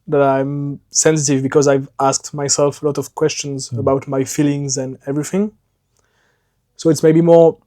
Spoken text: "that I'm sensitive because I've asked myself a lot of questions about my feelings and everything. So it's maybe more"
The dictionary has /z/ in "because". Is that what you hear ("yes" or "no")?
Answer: yes